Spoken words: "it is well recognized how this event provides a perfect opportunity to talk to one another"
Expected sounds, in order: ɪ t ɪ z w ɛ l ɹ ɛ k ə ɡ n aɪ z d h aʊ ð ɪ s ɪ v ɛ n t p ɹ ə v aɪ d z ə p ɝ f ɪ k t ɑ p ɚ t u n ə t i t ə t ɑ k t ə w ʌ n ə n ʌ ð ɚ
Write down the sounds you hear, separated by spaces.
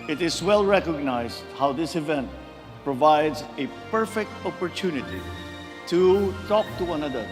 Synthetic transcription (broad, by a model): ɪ t ɪ z w ɛ l ɹ ɛ k ə ɡ n aɪ z d h aʊ ð ɪ s ɪ v ɛ n t p ɹ ə v aɪ d z ə p ɝ f ɪ k t ɑ p ɚ t u n ə t i t ə t ɑ k t ə w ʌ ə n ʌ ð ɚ